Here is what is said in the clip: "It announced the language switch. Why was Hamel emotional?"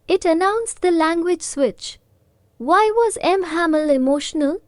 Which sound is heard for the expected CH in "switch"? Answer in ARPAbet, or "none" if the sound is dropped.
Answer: CH